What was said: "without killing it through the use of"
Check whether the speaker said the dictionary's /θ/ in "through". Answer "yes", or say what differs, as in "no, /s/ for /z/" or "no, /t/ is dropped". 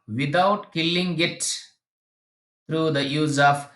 no, /s/ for /θ/